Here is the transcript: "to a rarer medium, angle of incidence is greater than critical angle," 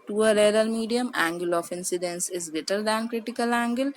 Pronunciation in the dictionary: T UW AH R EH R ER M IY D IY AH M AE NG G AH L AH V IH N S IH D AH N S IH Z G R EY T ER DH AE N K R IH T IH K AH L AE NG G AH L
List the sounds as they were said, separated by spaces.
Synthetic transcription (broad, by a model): T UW AH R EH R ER M IY D IY AH M AE NG G AH L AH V IH N S IH D AH N S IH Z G EY T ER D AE N K R IH T IH K AH L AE NG G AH L